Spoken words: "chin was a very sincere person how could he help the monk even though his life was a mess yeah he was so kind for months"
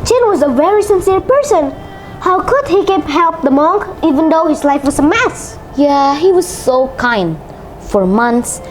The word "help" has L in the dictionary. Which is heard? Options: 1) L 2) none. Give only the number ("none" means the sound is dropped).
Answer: 1